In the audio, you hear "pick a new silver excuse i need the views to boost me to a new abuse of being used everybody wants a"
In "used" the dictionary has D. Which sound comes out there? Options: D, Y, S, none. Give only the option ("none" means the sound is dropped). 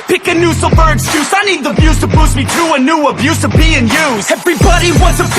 none